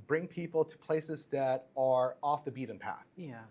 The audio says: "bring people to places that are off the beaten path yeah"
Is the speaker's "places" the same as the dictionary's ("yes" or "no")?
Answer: yes